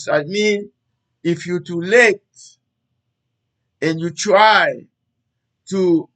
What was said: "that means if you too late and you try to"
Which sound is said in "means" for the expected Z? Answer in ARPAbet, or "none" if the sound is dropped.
none